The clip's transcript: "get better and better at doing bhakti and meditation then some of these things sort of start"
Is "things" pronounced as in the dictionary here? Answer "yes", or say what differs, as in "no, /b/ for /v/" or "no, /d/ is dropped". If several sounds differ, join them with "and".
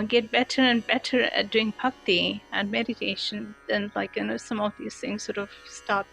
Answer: yes